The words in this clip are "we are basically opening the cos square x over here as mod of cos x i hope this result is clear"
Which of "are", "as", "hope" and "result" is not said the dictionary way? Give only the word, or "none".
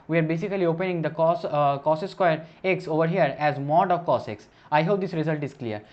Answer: none